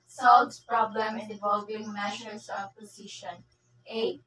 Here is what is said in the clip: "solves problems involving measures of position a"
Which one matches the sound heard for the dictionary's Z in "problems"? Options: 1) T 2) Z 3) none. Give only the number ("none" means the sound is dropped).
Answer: 3